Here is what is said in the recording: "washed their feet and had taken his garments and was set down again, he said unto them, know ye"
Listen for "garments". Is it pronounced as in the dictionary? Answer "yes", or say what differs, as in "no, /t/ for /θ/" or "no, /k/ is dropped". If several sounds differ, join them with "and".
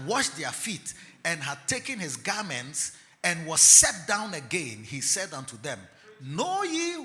yes